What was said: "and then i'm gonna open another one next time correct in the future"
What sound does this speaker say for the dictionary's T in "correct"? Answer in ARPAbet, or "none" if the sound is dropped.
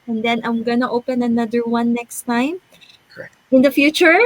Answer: none